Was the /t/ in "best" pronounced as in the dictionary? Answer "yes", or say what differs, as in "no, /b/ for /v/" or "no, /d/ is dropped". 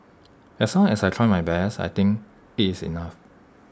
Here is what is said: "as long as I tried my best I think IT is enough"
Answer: no, /t/ is dropped